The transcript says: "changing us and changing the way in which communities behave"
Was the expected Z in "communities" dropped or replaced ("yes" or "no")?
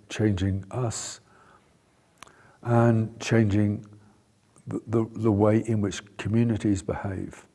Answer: no